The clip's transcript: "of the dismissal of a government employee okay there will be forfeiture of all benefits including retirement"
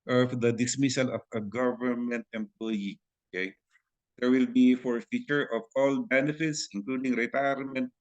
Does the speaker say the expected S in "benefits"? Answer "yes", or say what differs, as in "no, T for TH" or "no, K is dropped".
yes